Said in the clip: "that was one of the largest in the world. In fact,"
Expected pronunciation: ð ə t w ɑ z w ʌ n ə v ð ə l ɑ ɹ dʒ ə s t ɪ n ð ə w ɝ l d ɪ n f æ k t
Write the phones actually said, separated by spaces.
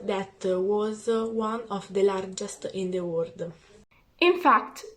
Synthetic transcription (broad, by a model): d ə t w ɑ z w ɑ n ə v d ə l ɑ ɹ dʒ ə s t ɪ n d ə w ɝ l d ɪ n f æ k t